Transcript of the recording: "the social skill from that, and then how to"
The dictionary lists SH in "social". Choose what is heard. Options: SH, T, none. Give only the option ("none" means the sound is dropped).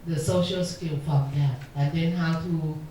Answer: SH